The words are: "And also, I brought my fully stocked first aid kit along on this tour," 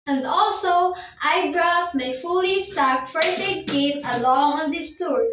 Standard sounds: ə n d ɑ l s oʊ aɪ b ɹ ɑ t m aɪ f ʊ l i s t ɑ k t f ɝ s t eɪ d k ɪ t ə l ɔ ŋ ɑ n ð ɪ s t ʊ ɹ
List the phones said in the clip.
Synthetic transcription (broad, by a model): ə n d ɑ l s oʊ aɪ b ɹ ɑ t m aɪ f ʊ l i s t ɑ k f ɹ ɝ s eɪ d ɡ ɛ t ə l ɔ ŋ ɑ n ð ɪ s t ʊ ɹ